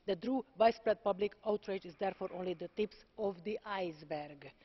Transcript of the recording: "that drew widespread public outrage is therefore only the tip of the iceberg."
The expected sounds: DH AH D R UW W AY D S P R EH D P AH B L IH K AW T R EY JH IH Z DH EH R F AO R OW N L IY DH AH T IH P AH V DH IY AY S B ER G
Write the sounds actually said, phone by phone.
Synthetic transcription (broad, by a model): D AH D R UW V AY S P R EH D P AH B L IH K AW T R EY JH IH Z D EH R F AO R OW N L IY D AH T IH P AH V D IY AY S B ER G